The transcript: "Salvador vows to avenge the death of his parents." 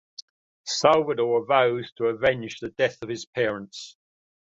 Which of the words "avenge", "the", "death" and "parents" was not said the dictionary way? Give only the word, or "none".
avenge